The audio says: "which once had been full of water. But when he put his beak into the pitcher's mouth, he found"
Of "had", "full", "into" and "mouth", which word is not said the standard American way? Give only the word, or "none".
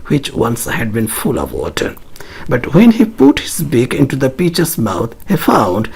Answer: mouth